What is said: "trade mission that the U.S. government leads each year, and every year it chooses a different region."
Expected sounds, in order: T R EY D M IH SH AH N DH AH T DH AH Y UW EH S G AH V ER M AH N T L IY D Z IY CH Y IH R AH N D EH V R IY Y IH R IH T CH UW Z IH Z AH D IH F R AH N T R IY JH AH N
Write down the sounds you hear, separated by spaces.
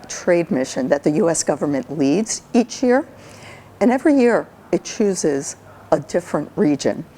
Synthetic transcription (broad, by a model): T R EY D M IH SH AH N DH AH T DH AH Y UW EH S G AH V ER M AH N T L IY D Z IY CH Y IH R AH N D EH V R IY Y IH R IH T CH UW Z IH Z AH D IH F R AH N T R IY JH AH N